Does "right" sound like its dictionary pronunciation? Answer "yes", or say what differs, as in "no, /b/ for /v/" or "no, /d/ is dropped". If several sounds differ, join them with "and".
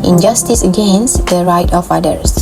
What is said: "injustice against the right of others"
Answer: yes